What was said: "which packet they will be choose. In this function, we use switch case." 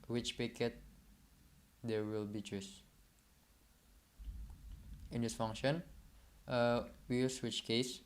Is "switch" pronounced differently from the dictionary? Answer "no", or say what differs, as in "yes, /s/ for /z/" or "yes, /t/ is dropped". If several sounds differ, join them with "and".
no